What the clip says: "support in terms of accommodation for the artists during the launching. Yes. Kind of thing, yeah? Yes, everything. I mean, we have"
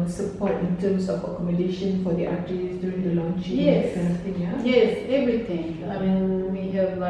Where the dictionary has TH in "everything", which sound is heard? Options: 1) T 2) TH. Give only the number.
1